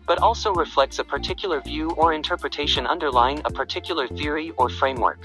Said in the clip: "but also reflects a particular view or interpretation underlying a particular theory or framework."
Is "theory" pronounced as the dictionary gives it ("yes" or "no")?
yes